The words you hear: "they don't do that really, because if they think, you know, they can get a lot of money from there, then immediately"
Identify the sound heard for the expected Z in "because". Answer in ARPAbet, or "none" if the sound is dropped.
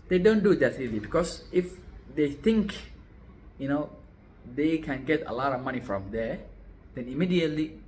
S